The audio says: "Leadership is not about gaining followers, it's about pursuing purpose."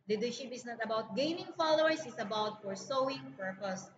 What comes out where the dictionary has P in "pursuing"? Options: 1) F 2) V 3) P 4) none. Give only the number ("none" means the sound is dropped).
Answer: 1